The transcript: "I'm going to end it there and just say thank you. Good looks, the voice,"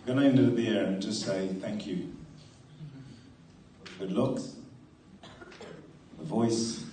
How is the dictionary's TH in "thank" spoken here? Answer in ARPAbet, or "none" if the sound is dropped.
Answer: TH